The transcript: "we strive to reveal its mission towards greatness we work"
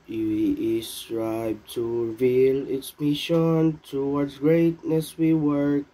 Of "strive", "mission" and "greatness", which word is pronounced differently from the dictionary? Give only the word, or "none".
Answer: strive